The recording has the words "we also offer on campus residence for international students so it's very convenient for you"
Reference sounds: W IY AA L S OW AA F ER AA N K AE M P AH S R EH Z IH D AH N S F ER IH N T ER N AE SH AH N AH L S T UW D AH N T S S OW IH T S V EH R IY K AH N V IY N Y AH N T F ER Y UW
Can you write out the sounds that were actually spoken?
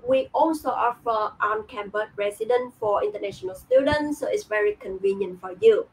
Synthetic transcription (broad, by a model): W IY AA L S OW AA F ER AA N K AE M B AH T R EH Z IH D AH N F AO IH N T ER N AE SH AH N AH L S T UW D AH N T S S OW IH T S V EH R IY K AH N V IY N Y AH N T F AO Y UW